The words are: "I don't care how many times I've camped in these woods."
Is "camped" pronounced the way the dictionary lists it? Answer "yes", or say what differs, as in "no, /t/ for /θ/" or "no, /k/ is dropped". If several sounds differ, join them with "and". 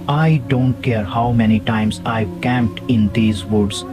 yes